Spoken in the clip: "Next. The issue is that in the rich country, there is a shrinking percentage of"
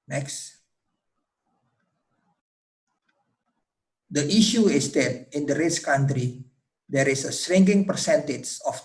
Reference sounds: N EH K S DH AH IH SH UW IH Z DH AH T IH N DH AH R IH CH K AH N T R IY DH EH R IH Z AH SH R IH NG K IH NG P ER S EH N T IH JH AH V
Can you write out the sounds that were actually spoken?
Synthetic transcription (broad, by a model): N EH K S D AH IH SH UW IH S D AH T IH N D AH R IH CH K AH N T R IY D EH R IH S AH S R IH NG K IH NG P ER S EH N T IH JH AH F